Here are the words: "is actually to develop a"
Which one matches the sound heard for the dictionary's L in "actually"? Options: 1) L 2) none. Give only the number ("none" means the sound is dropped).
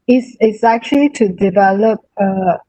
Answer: 1